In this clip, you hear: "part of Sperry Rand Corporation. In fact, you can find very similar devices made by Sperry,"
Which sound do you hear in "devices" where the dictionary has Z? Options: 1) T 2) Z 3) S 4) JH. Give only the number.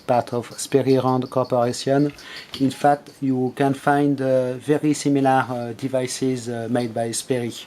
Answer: 2